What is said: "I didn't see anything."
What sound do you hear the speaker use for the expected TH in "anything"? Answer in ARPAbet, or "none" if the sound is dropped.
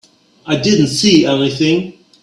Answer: TH